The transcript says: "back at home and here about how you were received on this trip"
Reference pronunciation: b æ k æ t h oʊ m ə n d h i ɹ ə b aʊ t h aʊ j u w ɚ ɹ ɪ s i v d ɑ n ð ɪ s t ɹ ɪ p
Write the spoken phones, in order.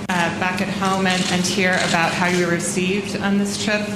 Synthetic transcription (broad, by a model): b æ k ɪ t h oʊ m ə n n h i ɹ ə b aʊ t h aʊ j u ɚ ɹ ɪ s i v d n ð ɪ s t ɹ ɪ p